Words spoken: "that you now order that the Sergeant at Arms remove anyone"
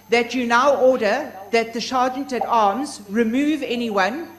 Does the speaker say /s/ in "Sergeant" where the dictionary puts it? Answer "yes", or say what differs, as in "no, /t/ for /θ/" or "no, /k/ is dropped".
no, /ʃ/ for /s/